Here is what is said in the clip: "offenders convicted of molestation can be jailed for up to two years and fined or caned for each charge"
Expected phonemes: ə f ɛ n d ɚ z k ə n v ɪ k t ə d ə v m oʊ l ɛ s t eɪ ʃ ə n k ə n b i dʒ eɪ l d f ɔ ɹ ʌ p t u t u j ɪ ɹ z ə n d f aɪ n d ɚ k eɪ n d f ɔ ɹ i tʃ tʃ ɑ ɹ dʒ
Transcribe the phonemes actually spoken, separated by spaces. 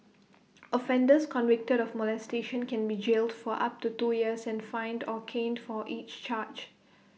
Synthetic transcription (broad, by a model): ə f ɛ n d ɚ s k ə n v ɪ k t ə d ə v m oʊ l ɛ s t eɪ ʃ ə n k ə n b i dʒ eɪ l d f ɔ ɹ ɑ p t u t u j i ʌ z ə n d f aɪ n d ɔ k eɪ n d f ɔ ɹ i tʃ tʃ ɑ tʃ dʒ